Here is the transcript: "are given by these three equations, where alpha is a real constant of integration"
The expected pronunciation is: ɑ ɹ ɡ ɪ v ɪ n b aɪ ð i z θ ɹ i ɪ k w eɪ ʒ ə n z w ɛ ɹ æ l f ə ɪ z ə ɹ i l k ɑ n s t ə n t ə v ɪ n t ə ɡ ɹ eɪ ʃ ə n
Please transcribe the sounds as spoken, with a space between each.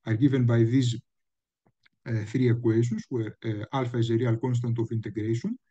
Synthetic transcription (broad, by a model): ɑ ɹ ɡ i v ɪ n b aɪ ð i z θ ɹ i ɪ k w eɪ s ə n s w ɛ ɹ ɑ l f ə ɪ z ə ɹ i l k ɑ n s t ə n t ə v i n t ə ɡ ɹ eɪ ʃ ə n